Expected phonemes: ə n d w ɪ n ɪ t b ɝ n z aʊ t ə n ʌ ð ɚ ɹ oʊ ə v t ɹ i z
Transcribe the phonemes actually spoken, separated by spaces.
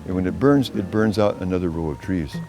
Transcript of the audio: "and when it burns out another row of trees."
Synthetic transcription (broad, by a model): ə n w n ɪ n ɪ t b ɝ n z aʊ t ə n ʌ ð ɚ ɹ oʊ ə v t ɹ i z